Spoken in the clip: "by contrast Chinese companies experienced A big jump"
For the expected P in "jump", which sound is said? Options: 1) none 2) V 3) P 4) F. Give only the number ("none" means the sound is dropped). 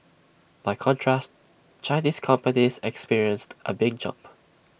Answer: 3